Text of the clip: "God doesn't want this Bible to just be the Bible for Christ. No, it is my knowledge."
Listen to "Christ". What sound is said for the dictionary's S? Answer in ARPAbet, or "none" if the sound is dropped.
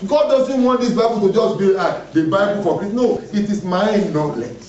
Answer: none